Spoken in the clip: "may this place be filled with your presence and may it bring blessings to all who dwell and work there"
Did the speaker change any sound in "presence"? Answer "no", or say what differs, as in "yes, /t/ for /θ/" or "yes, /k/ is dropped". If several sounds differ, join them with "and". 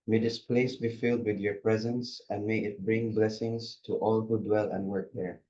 no